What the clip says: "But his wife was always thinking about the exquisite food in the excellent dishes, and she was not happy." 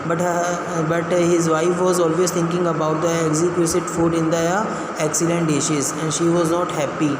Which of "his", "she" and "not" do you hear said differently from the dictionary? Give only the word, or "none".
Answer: none